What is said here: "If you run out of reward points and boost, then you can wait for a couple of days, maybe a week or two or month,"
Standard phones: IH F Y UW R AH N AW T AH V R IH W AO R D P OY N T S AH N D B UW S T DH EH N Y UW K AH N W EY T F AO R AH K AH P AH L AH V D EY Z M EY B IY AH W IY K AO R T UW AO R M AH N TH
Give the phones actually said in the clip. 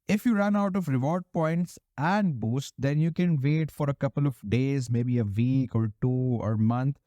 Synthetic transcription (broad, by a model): IH F Y UW R AH N AW T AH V R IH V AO R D P OY N T S AH N D B UW S T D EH N Y UW K AH N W EY T F AO R AH K AH P AH L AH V D EY Z M EY B IY AH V IY K AO R T UW AO R M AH N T